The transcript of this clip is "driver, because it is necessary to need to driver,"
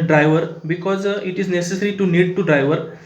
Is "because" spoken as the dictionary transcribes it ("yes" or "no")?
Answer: yes